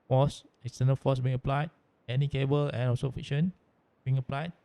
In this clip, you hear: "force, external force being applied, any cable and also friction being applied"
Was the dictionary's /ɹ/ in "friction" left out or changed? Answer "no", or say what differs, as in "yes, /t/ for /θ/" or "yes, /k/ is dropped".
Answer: yes, /ɹ/ is dropped